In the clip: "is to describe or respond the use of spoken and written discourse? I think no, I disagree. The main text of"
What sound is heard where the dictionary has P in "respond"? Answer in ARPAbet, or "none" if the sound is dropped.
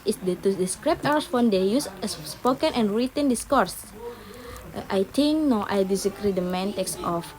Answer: F